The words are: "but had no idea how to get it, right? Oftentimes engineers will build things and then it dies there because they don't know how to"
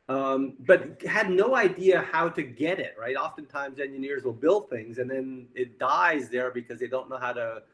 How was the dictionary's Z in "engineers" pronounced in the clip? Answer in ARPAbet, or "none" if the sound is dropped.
Z